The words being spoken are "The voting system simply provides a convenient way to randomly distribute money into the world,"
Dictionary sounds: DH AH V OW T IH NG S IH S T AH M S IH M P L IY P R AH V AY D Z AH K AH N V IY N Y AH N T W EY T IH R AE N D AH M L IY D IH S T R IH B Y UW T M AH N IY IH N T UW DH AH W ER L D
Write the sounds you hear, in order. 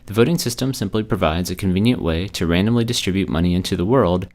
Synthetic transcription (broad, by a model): DH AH V OW T IH NG S IH S T AH M S IH M P L IY P R AH V AY D Z AH K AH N V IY N Y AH N T W EY T IH R AE N D AH M L IY D IH S T R IH B Y UW T M AH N IY IH N T UW DH AH W ER L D